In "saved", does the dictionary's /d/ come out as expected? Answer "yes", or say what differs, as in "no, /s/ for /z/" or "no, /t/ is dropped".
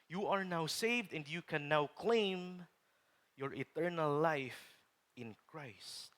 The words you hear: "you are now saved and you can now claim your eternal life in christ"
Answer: yes